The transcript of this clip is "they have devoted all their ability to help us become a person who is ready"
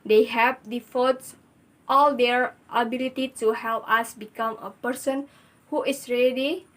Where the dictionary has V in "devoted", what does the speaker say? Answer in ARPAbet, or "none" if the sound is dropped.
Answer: F